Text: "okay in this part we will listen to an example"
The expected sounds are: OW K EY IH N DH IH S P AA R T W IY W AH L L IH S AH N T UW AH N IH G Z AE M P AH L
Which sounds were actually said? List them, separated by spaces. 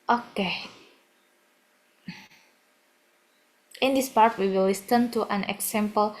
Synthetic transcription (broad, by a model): OW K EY IH N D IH S P AA R T W IY W AH L W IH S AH N T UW AH N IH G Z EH M P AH L